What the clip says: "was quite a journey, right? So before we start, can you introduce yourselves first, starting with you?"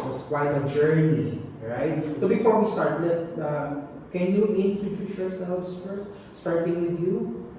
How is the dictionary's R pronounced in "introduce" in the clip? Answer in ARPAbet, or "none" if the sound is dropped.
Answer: none